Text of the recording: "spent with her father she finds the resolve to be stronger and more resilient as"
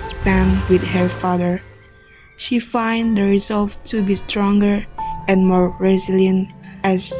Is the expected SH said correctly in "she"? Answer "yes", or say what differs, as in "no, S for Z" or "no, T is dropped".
yes